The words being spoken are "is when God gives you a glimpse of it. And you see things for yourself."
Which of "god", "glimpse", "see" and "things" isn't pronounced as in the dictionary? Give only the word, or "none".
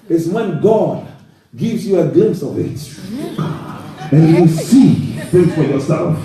things